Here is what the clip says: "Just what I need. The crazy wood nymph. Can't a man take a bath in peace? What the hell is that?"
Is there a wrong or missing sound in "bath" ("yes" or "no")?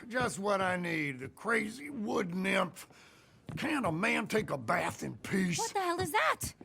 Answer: no